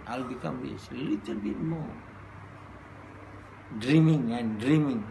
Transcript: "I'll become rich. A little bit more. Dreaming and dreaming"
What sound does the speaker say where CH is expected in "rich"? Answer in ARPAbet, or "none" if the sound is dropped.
S